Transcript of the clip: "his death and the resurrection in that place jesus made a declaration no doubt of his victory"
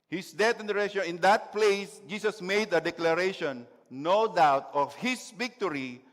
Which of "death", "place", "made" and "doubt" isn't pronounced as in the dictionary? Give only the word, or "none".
death